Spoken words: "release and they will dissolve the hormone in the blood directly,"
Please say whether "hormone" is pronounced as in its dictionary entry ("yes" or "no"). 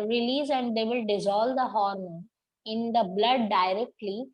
no